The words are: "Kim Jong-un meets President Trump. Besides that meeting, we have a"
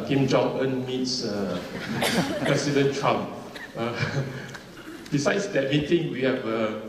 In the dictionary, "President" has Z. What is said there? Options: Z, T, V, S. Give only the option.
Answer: S